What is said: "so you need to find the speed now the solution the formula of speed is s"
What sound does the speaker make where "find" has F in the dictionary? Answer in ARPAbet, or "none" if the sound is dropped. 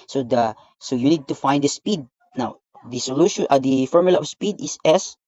F